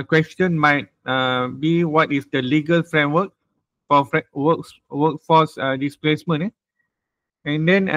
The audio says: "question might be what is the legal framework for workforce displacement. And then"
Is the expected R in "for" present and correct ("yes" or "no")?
no